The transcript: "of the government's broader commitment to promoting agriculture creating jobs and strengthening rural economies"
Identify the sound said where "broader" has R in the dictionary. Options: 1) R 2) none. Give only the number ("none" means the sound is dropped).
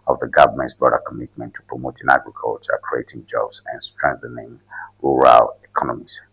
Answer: 2